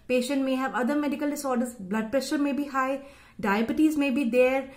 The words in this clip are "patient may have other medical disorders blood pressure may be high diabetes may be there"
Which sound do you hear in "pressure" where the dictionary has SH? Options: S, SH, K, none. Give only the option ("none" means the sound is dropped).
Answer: SH